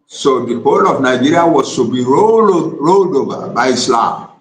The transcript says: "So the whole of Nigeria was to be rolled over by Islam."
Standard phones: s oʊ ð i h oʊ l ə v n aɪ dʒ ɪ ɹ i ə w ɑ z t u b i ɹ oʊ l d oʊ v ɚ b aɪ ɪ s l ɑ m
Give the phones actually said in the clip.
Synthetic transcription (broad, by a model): s oʊ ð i h oʊ l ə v n aɪ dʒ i ɹ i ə w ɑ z t u b i ɹ oʊ l d oʊ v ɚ b aɪ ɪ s l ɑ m